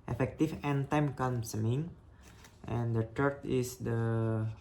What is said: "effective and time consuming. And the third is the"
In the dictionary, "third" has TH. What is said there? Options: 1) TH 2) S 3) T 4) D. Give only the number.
3